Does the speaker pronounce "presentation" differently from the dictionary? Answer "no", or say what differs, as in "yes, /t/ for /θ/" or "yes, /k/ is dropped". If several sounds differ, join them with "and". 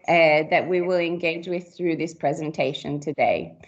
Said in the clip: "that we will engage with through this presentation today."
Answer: no